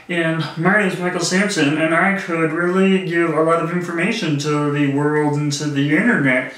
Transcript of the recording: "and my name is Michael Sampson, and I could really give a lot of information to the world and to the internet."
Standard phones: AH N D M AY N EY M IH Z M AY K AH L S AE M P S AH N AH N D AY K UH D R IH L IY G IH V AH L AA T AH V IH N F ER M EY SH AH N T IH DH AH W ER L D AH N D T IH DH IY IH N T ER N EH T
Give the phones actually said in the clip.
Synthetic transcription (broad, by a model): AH N M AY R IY IH Z M AY K L S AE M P S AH N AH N AY K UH D R IH L IY G IH V AH L AA T AH V IH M F ER M EY SH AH N T IH DH AH W ER L D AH N T IH DH IY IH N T ER N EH T